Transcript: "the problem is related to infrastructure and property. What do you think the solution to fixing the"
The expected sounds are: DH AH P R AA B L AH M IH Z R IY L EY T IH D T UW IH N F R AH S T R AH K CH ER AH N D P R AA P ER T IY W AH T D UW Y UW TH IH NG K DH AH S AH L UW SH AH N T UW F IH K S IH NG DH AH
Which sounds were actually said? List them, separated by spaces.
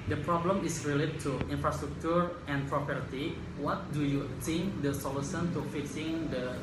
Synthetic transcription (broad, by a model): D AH P R AA B L AH M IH S R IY L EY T T UW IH N F R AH S T R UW K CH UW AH N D P R AA P ER T IY W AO T D UW Y UW T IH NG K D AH S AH L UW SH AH N T UW F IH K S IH NG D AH